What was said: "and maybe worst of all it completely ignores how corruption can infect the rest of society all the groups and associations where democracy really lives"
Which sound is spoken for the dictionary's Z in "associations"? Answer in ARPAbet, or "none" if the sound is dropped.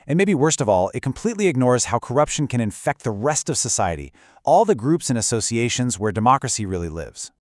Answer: Z